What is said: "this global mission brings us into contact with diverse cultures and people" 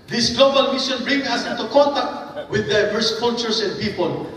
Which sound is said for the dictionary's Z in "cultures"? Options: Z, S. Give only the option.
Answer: S